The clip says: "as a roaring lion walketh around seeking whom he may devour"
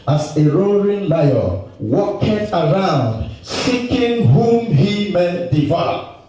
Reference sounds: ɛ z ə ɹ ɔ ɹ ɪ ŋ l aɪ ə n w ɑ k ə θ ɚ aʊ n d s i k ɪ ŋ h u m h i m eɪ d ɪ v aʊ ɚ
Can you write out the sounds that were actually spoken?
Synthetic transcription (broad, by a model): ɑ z ə ɹ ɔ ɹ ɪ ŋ l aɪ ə w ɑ k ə t ɚ aʊ n d s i k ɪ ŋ h u m h i m eɪ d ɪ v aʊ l